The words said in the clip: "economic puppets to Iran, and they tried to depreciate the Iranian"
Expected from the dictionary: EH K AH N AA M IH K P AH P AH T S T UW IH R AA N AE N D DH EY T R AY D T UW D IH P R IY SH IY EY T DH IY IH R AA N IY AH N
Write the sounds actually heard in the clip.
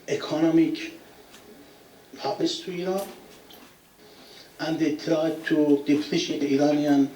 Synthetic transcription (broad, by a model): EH K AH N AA M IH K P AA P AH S T UW IH R AA N AE N D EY T R AY D T UW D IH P L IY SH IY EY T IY R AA N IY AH N